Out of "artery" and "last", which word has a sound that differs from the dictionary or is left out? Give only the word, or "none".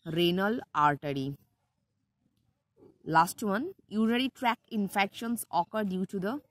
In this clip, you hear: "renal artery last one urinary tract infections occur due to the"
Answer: none